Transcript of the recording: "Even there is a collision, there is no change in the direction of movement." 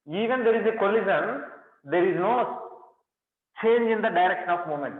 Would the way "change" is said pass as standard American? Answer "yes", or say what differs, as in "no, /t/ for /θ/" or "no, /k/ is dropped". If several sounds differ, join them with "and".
yes